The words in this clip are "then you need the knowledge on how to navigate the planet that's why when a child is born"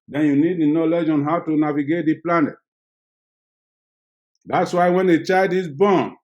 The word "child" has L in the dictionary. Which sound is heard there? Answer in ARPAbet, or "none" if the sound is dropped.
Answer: none